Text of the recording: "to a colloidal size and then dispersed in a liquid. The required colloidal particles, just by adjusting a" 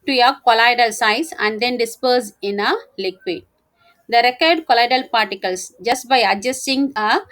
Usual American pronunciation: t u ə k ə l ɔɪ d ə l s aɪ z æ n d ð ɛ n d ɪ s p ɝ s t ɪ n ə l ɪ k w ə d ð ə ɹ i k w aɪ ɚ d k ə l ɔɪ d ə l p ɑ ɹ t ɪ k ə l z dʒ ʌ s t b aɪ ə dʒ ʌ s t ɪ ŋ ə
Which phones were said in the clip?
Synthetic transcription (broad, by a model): t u ə k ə l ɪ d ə l s aɪ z æ n d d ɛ n d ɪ s p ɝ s ɪ n ə l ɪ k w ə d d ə ɹ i k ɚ d k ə l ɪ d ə l p ɑ ɹ t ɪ k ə l s dʒ ʌ s t b aɪ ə dʒ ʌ s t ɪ ŋ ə